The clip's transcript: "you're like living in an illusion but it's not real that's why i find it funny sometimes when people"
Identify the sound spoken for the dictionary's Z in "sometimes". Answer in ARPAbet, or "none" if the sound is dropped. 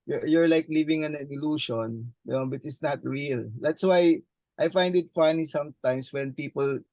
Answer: S